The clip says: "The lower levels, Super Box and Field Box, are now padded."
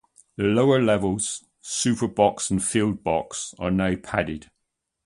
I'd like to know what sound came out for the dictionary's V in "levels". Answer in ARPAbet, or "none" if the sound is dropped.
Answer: V